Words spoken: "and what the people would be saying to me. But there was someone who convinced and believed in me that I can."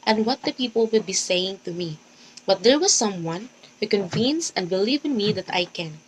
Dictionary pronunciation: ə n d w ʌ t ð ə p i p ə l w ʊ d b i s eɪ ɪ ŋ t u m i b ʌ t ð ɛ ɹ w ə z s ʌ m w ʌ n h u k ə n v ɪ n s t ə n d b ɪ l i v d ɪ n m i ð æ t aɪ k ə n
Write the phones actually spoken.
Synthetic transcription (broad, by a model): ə n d w ʌ t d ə p i p ə l w ʊ d b i s eɪ ɪ ŋ t u m i b ʌ t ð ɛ ɹ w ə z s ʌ m w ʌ n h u k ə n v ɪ n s ə n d b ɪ l i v ɪ n m i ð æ t aɪ k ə n